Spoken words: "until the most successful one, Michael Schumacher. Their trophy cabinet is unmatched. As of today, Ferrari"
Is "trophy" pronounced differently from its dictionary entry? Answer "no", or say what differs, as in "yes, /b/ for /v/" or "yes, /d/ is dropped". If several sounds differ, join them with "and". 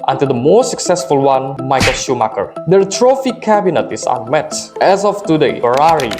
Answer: no